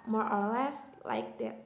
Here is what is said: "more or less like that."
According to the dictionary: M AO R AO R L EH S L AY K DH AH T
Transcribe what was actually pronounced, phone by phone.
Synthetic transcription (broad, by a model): M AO R AO R L EH S L AY K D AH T